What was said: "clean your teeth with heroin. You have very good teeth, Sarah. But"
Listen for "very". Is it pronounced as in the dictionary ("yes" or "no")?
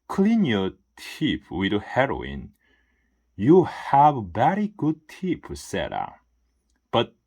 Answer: no